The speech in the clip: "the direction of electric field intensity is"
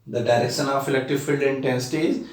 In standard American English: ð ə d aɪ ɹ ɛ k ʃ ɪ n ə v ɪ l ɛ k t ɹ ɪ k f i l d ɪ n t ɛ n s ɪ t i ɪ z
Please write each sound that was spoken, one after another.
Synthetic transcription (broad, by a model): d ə d aɪ ɹ ɛ k ʃ ɪ n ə f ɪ l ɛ k t ɪ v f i l d ɪ n t ɛ n s ɪ t i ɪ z